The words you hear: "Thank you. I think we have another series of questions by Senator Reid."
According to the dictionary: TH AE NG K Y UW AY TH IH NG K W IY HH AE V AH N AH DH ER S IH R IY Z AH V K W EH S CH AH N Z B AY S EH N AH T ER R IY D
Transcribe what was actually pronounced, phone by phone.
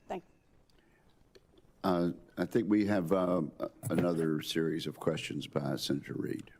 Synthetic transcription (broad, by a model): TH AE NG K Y AY TH IH NG K W IY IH V AH N AH DH ER S IH R IY Z AH V K W EH S CH AH N Z B AY S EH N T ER R IY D